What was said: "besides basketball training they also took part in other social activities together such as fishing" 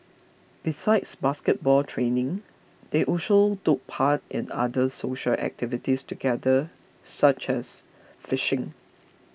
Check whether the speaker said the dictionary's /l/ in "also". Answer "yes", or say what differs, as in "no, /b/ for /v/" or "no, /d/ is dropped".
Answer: no, /l/ is dropped